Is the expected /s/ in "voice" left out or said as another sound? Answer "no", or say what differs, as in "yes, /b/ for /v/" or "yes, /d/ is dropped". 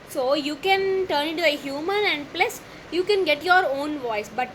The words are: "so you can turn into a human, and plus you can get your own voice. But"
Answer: no